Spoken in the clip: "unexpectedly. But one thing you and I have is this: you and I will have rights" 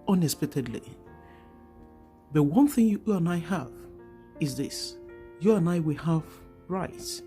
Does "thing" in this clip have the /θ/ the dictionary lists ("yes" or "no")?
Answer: yes